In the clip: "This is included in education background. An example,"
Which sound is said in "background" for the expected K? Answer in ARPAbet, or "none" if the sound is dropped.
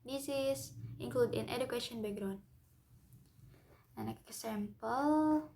none